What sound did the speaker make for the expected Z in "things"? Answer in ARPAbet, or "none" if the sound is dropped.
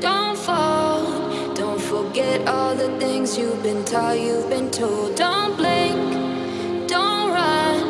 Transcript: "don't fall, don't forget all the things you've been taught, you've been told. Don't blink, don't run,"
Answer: Z